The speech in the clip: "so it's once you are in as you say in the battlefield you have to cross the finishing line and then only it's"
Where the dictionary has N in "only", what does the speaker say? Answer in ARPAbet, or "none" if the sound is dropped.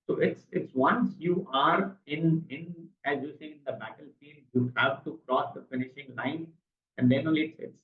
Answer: none